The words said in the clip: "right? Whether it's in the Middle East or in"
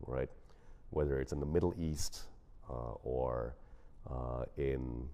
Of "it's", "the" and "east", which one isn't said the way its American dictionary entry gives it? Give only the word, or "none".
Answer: none